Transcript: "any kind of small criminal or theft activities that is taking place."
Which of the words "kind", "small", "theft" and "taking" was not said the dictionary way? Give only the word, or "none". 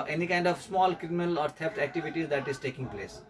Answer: theft